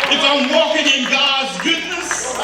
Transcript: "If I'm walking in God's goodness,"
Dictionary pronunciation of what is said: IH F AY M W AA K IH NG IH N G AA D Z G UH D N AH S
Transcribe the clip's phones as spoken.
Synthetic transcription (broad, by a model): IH F AY M W AA K IH NG IH N G AA D Z G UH D N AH S